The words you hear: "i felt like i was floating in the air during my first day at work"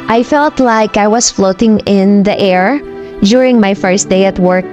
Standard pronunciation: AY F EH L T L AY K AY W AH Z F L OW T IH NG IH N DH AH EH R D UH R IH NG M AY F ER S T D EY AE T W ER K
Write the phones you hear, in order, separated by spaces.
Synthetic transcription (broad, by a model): AY F EH L T L AY K AY W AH S F L OW T IH NG IH N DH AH EH R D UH R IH NG M AY F ER S T D EY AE T W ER K